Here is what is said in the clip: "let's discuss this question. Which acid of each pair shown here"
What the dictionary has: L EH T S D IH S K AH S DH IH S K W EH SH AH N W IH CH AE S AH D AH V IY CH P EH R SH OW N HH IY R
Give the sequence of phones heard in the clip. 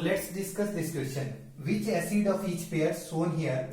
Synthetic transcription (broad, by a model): L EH T S D IH S K AH S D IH S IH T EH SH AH N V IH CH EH S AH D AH F IY CH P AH R S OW N HH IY R